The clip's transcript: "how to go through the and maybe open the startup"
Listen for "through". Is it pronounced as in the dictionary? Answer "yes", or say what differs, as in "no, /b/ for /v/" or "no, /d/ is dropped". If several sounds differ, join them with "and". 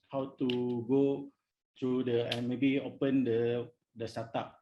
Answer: no, /t/ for /θ/